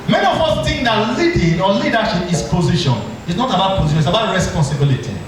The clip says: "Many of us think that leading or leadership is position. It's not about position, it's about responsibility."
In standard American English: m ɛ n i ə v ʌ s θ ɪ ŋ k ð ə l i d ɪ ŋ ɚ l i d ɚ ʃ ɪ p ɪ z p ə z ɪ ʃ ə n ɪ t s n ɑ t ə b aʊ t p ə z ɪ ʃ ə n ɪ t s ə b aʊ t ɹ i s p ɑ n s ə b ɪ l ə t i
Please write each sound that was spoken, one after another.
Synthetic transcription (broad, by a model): m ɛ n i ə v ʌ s t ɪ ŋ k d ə l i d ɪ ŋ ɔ l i d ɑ ʃ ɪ p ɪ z p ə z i ʃ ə n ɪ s n ɑ t ə b aʊ t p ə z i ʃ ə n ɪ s ə b aʊ t ɹ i s p ɑ n s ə b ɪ l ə t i